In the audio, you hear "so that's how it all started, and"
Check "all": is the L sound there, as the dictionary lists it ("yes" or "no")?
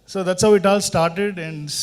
yes